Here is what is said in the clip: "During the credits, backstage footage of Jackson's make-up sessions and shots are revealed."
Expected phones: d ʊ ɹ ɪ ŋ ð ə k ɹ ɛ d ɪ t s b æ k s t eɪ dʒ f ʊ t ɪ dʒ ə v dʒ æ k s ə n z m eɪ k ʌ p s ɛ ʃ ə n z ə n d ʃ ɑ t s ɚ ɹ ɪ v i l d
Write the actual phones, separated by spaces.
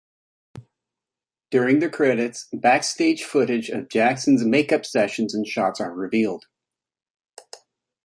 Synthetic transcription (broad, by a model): d ʊ ɹ ɪ ŋ ð ə k ɹ ɛ d ɪ t s b æ k s t eɪ dʒ f ʊ t ɪ dʒ ə v dʒ æ k s n z m eɪ k ʌ p s ɛ ʃ ə n z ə n ʃ ɑ t s ɚ ɹ ɪ v i l d